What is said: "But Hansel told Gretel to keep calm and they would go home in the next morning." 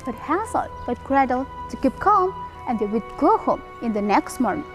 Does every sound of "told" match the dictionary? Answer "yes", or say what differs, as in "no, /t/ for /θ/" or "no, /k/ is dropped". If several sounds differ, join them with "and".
no, /l/ is dropped